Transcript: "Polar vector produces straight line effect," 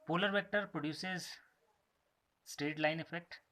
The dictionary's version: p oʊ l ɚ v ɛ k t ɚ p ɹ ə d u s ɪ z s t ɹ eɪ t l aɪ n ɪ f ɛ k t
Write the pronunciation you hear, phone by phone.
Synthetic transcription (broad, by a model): p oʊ l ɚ v ɛ k t ɚ p ɹ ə d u s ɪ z s t eɪ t l aɪ n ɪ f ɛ k t